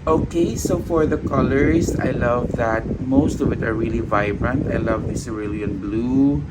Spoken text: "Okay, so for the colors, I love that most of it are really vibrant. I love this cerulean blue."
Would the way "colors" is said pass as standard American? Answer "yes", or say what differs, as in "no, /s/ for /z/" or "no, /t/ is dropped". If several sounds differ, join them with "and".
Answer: no, /s/ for /z/